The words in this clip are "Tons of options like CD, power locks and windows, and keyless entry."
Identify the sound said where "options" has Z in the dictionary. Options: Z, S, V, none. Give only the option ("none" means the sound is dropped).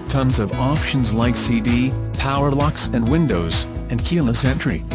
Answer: Z